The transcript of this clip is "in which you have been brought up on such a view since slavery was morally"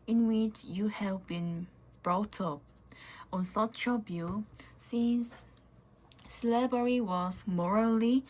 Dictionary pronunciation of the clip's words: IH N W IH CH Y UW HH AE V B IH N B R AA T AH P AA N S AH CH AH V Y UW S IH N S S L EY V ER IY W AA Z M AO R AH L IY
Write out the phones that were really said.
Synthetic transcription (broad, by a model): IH N W IH CH Y UW HH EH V B IH N B R AA T AH P AA N S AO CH AH B Y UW S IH N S S L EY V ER IY W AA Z M AO R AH L IY